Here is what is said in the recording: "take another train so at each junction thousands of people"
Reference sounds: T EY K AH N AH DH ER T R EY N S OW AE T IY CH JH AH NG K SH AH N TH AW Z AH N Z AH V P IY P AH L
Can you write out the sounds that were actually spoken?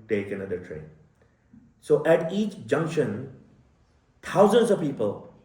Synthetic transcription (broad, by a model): T EY K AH N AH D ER T R EY N S OW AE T IY CH JH AH NG K SH AH N T AW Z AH N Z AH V P IY P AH L